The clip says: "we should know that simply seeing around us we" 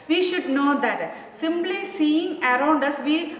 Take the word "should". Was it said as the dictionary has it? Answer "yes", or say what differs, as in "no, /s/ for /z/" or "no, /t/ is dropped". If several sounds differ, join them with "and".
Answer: yes